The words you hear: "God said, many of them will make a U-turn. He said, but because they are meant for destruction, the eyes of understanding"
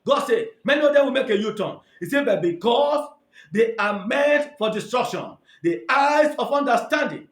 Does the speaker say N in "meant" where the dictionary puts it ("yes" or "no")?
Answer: no